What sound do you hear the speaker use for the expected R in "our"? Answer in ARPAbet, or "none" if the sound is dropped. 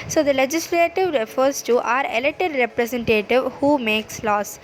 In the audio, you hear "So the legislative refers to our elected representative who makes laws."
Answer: R